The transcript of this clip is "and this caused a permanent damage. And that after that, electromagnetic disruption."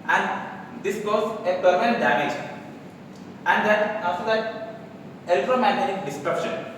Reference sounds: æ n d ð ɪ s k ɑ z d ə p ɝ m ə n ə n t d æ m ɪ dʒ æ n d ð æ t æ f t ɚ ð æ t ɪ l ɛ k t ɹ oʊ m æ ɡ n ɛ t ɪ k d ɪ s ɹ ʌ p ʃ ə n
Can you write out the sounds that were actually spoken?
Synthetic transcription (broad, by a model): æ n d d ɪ s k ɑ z ə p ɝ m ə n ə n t d æ m ɪ dʒ æ n d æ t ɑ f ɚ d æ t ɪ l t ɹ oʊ m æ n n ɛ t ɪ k d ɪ s ɹ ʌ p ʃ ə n